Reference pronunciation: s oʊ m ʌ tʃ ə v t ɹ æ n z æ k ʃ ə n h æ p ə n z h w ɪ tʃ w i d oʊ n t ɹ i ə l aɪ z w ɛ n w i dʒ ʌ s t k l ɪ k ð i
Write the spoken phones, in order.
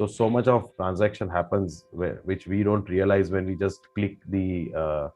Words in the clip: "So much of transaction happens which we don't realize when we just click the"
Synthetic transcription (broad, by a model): s oʊ m ʌ tʃ ə v t ɹ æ n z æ k ʃ ə n h æ p ə n z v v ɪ tʃ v i d oʊ n t ɹ i ə l aɪ z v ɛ n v i dʒ ʌ s t k l ɪ k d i